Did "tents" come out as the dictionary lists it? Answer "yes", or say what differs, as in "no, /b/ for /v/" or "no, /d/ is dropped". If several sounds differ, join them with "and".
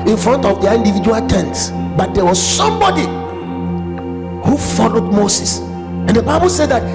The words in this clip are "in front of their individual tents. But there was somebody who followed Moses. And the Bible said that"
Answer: yes